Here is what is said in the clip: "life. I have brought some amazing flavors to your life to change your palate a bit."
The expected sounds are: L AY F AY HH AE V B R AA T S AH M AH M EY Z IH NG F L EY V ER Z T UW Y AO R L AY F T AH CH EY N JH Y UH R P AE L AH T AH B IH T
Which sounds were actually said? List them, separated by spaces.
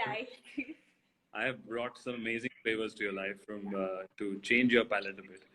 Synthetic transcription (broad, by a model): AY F AY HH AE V B R AA T S AH M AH M EY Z IH NG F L EY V ER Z T UW Y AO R L AY F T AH CH EY N JH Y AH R P AE L AH T AH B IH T